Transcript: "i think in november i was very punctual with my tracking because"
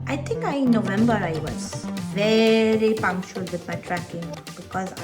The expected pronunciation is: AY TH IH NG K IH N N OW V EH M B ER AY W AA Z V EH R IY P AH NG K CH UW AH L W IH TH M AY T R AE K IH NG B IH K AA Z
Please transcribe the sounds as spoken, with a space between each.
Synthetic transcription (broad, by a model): AY T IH NG K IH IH N OW V EH M B ER AY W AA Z V EH R IY P AH NG K CH UW AH L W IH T M AY T R AE K IH NG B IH K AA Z